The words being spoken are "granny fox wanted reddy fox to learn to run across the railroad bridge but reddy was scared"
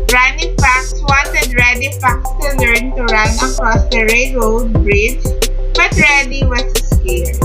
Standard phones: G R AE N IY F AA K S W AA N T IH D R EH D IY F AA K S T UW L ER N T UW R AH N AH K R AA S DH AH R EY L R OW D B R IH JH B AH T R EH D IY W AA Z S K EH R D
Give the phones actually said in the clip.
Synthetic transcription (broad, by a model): R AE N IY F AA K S W AA N T IH D R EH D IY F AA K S T UW L ER N T UW R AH N AH K R AA S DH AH R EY R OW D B R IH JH B AH T R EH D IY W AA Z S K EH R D